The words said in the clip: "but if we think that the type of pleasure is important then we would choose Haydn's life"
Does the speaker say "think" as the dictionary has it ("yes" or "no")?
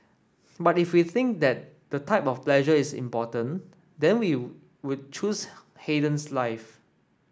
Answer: yes